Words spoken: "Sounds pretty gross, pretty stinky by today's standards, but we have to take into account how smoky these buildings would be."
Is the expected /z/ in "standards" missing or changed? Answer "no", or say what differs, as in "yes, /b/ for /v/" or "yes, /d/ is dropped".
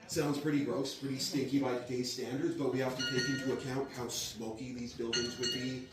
no